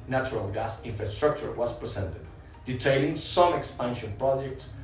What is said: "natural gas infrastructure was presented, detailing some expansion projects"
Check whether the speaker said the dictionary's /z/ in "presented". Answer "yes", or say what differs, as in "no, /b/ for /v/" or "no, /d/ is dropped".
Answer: no, /s/ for /z/